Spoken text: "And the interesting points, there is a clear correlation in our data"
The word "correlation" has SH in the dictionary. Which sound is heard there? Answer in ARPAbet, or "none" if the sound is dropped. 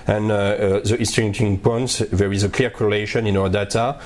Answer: SH